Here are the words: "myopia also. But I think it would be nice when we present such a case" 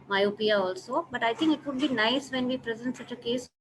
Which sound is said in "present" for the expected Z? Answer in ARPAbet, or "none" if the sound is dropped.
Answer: Z